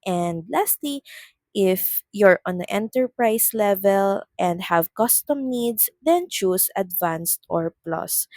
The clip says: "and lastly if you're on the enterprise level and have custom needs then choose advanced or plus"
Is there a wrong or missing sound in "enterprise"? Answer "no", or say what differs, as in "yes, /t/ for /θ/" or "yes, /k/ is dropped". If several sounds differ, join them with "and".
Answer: yes, /s/ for /z/